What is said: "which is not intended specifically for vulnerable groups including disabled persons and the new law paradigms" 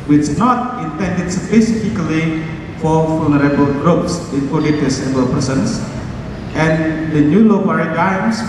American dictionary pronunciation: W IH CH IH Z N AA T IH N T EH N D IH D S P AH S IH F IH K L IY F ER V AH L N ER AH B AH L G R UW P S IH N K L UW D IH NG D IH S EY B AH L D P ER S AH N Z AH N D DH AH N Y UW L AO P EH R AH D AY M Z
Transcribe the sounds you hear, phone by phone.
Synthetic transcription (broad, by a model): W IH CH N AA T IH N T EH N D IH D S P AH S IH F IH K L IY F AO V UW L N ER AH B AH L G R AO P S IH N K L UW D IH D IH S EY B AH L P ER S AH N S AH N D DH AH N Y UW L AO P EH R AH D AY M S